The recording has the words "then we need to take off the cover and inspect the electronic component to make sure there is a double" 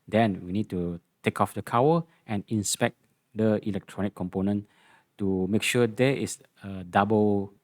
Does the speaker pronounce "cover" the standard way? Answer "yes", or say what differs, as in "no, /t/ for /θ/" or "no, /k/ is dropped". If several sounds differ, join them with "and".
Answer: no, /w/ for /v/